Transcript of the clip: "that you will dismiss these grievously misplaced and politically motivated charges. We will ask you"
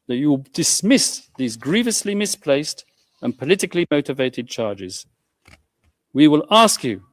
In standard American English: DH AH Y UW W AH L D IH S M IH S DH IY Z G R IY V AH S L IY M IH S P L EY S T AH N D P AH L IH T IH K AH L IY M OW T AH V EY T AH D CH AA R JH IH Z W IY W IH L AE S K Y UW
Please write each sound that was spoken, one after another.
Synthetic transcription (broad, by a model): DH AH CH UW W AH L D IH S M IH S DH IY Z G R IY V AH S L IY M IH S P L EY S T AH N P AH L IH T IH K L IY M OW T AH V EY T AH D CH AA R JH IH Z W IY W IH L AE S K Y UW